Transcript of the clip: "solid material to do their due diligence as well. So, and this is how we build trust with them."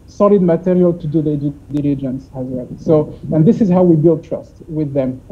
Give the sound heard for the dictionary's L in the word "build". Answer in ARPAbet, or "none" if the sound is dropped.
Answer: L